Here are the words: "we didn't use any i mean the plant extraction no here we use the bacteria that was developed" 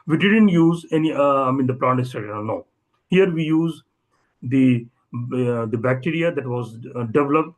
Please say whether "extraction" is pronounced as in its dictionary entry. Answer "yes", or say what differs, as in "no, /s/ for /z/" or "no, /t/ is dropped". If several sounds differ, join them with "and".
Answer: no, /ɹ/ is dropped